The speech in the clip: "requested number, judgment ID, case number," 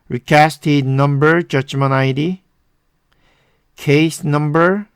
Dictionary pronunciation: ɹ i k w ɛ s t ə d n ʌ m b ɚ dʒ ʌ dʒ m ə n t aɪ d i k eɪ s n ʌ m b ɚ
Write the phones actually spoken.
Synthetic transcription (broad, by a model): ɹ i k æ s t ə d n ʌ m b ɚ dʒ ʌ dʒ m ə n aɪ d i k eɪ s n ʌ m b ɚ